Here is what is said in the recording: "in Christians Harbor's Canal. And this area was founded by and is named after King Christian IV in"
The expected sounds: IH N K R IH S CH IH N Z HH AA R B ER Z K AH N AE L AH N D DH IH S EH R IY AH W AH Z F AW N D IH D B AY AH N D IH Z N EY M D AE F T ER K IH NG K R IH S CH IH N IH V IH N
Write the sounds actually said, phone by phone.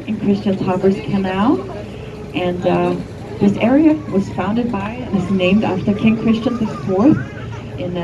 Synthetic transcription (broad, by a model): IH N K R IH S CH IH N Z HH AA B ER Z K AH N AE L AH N DH IH S EH R IY AH W AH Z F AW N D IH D B AY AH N IH Z N EY M D AE F T ER K IH NG K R IH S CH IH N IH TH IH N